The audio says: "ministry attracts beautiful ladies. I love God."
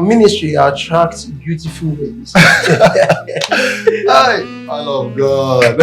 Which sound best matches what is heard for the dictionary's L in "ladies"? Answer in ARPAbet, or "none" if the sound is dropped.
W